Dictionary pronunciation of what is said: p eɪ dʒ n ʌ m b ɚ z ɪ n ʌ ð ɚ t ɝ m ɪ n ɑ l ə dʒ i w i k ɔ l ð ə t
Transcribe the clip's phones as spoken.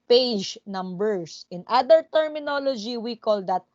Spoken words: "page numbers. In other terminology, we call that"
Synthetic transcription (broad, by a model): p eɪ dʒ n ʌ m b ɚ s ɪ n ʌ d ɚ t ɝ m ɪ n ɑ l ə dʒ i w i k ɔ l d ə t